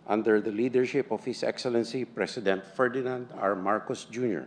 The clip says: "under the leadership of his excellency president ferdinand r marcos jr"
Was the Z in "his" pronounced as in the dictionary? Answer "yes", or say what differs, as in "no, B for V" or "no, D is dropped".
no, S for Z